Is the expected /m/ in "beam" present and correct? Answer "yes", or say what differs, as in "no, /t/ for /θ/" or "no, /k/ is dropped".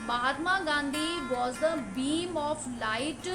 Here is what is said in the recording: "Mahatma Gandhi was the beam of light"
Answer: yes